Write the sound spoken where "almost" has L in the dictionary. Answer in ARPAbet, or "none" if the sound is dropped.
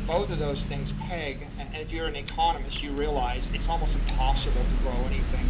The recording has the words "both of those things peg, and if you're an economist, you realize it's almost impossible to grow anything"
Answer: L